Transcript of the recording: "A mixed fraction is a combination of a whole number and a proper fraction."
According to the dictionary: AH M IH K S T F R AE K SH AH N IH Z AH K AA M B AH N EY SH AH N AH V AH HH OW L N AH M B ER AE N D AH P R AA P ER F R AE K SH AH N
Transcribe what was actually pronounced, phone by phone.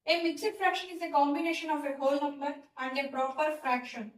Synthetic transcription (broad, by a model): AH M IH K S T F R AE K SH AH N IH Z AH K AA M B AH N EY SH AH N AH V AH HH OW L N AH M ER AE N D AH P R AA P ER F R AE K SH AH N